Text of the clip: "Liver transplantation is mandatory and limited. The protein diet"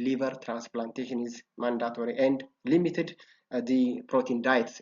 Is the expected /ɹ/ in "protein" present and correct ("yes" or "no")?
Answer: yes